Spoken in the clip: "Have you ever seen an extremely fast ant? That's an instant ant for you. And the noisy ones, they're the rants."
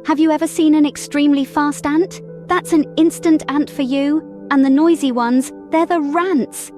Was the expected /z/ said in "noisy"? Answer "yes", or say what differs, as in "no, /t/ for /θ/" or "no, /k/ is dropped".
yes